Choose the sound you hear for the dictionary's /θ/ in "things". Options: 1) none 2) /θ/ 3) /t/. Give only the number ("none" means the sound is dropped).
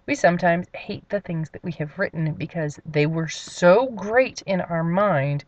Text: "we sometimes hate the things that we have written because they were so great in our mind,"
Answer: 2